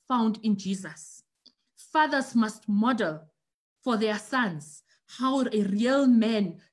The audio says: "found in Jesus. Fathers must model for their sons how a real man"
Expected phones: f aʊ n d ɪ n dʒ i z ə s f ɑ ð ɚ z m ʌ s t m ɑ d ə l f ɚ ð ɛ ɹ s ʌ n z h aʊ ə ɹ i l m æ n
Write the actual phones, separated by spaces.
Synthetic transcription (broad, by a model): f aʊ n d ɪ n dʒ i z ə s f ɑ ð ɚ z m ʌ s t m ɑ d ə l f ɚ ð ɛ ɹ s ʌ n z h aʊ ə ɹ i l m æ n